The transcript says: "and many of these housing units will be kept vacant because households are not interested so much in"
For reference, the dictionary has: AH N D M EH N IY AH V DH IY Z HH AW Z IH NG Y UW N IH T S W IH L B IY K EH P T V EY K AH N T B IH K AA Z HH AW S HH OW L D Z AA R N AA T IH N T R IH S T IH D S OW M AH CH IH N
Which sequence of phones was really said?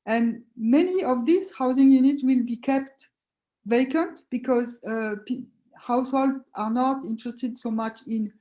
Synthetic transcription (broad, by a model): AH N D M EH N IY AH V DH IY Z HH AW Z IH NG Y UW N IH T W IH L B IY K EH P T V EY K AH N T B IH K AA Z HH AW S HH OW L D AA R N AA T IH N T R IH S T IH D S OW M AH CH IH N